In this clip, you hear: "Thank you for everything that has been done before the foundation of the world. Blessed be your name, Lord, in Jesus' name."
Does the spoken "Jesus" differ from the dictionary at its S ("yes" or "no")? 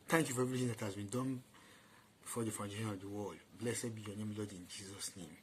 no